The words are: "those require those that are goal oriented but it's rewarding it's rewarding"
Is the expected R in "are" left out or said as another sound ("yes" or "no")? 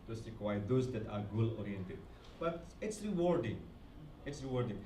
no